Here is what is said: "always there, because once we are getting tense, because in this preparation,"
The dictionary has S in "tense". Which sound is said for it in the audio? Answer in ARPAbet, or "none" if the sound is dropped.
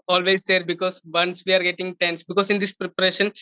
S